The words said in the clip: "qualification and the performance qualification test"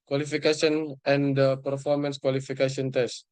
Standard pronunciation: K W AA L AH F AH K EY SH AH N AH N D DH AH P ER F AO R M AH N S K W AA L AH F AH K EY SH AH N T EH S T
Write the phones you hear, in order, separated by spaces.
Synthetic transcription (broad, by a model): K W AA L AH F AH K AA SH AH N AH N D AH P ER F AO R M AH N S K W AA L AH F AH K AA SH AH N T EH S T